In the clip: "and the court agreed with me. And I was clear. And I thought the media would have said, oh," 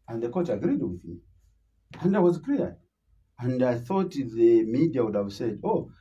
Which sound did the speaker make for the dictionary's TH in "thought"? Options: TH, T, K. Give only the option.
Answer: TH